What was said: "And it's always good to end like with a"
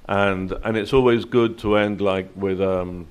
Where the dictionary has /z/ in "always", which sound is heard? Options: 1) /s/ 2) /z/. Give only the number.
2